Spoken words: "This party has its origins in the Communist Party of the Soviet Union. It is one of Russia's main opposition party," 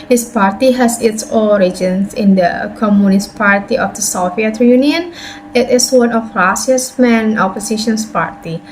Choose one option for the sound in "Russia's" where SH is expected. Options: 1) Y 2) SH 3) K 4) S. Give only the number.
4